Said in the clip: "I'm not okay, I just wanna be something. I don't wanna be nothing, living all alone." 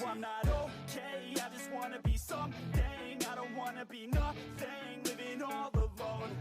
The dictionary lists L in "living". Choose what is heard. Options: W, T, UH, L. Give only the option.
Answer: W